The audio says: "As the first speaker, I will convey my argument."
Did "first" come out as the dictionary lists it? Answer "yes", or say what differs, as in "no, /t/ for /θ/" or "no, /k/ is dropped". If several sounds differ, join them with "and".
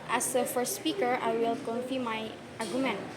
yes